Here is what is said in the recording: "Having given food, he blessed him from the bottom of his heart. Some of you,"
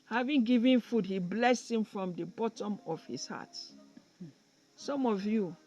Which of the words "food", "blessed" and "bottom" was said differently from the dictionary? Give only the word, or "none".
none